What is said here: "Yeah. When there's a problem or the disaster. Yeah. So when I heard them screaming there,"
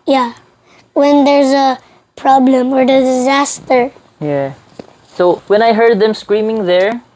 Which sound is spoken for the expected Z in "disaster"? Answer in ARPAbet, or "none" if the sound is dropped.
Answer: Z